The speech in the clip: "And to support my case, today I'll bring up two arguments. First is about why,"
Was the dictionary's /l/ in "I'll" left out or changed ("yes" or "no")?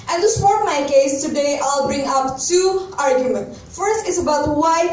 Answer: no